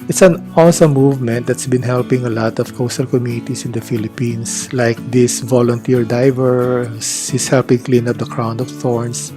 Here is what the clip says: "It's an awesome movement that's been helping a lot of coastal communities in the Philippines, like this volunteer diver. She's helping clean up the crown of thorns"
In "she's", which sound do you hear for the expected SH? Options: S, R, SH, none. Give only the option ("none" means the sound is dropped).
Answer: S